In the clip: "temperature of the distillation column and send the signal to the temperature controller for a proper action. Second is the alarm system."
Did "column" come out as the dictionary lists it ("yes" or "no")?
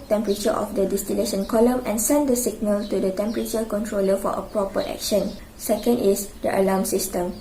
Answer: yes